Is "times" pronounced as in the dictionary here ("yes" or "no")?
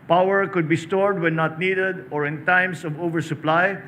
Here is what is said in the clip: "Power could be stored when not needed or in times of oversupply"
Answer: no